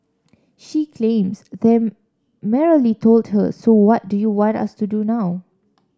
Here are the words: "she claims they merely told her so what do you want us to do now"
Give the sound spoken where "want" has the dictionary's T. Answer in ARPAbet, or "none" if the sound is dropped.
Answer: T